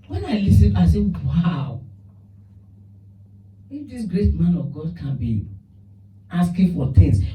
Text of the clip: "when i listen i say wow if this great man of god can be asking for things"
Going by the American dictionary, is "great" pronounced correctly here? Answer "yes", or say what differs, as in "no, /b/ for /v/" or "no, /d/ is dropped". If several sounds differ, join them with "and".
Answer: yes